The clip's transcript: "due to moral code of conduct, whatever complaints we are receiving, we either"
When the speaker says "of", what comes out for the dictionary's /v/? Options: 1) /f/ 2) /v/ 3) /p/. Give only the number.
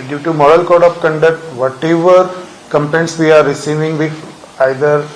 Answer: 3